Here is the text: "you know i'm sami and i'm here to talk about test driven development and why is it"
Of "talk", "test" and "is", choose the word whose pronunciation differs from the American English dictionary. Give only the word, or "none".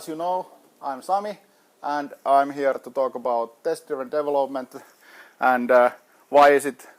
is